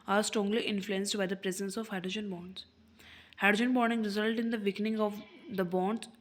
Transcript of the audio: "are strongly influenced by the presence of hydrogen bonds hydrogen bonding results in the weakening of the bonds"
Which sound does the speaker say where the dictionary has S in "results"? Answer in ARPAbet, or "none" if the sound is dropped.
none